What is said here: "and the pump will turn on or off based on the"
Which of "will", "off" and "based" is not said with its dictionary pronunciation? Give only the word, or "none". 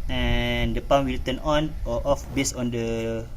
based